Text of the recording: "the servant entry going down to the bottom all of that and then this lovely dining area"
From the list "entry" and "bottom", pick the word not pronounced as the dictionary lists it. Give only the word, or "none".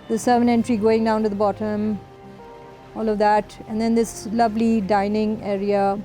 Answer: none